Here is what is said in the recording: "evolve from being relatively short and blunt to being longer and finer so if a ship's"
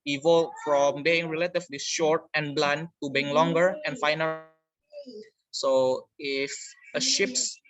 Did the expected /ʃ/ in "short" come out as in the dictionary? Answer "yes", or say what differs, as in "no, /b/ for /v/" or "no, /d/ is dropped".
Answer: yes